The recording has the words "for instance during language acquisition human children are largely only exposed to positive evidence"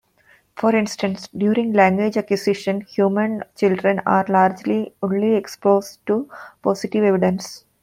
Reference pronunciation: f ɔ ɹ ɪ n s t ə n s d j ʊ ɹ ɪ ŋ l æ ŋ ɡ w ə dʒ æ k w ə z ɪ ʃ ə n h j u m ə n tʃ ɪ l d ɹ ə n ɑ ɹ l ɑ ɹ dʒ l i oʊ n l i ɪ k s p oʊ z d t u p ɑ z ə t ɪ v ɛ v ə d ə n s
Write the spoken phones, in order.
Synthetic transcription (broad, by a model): f ɔ ɹ ɪ n s t ə n s d j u ɹ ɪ ŋ l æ ŋ ɡ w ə dʒ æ k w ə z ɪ ʃ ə n h j u m ə n tʃ ɪ l d ɹ ə n ɑ ɹ l ɑ ɹ dʒ l i oʊ n l i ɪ k s p oʊ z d t u p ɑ s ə t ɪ v ɛ v ə d ə n s